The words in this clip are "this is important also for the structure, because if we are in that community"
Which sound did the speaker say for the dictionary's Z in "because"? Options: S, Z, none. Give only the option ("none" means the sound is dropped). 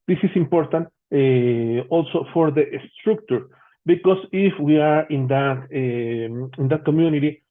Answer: S